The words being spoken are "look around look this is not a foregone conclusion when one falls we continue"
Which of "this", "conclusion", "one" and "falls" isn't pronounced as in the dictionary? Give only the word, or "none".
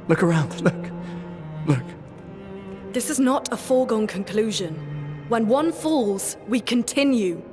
none